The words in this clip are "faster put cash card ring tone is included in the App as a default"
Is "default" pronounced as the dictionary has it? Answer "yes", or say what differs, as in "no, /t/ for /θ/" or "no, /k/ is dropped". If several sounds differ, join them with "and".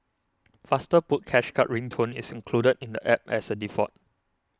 no, /l/ is dropped